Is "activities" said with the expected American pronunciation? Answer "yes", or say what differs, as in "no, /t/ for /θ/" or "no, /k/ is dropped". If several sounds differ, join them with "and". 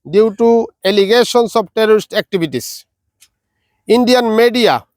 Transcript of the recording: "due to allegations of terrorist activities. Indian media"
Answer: no, /b/ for /v/ and /s/ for /z/